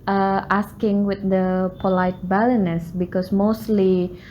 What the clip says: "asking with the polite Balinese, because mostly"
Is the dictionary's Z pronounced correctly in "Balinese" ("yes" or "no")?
no